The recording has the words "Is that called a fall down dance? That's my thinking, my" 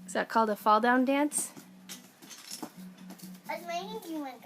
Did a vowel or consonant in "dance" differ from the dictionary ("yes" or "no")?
no